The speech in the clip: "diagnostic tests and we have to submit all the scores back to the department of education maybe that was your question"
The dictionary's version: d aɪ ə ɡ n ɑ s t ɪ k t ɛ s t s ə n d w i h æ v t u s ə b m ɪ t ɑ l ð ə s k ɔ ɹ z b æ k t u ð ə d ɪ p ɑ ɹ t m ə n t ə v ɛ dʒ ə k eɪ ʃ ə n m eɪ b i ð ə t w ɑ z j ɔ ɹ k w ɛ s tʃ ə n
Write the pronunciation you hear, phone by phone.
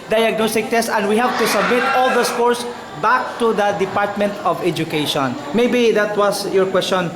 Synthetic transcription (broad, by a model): d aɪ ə ɡ n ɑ s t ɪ k t ɛ s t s ə n d w i h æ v t u s ə b m ɪ t ɑ l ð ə s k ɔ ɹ s b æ k t u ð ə d ɪ p ɑ ɹ t m ə n t ə v ɛ dʒ ə k eɪ ʃ ə n m eɪ b i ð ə t w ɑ s j ɔ ɹ k w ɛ s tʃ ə n